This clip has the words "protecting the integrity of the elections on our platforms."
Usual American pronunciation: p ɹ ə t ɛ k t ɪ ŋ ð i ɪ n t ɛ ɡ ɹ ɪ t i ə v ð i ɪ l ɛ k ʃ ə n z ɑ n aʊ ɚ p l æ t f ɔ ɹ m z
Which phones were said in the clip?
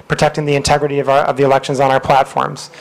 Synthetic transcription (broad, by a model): p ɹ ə t ɛ k t ɪ ŋ ð i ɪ n t ɛ ɡ ɹ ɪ t i ə v ð i ɪ l ɛ k ʃ ə n z n aʊ ɚ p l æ t f ɔ ɹ m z